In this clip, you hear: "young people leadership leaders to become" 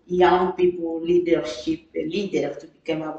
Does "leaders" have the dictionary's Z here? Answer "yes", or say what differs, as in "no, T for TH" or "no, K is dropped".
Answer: no, Z is dropped